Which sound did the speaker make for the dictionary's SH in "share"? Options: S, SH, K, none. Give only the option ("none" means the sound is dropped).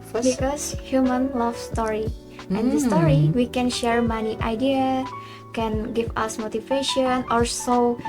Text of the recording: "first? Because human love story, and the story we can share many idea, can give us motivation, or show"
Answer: SH